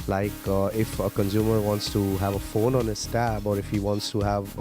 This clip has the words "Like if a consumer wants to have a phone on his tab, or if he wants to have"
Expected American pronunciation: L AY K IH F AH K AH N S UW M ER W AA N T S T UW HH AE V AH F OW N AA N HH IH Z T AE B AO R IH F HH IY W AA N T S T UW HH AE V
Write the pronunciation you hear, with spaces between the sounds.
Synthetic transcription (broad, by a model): L AY K IH F AH K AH N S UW M ER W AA N T S T UW HH AE V AH F OW N AA N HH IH S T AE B AO R IH F HH IY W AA N T S T UW HH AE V